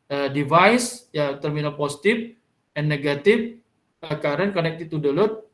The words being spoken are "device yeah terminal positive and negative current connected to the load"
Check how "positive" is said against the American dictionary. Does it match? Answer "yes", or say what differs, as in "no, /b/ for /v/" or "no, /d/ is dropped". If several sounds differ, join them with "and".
no, /s/ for /z/ and /f/ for /v/